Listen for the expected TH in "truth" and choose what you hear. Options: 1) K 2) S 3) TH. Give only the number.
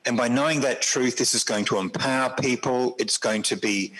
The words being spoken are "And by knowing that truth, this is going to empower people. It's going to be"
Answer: 3